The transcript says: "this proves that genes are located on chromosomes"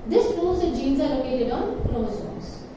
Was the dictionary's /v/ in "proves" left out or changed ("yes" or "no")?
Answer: yes